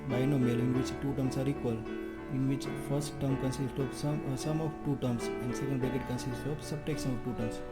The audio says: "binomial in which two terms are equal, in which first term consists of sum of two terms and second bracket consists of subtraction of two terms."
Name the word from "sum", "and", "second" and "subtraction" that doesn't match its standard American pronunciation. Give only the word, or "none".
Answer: subtraction